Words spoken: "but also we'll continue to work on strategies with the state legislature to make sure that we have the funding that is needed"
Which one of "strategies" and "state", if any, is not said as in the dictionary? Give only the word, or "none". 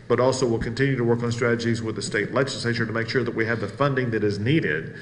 none